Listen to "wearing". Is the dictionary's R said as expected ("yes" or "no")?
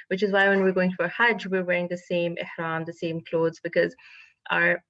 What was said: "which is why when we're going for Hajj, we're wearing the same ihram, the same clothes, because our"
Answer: yes